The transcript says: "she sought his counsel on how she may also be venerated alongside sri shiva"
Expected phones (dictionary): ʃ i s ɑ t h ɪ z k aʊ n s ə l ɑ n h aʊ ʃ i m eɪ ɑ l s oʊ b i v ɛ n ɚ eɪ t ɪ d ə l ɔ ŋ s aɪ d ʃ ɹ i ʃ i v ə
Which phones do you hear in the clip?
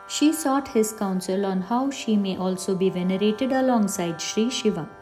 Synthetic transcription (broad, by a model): ʃ i s ɑ t h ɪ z k aʊ n s ə l ɑ n h aʊ ʃ i m eɪ ɑ l s oʊ b i v ɛ n ɚ eɪ t ɪ d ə l ɔ ŋ s aɪ d ʃ ɹ i ʃ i v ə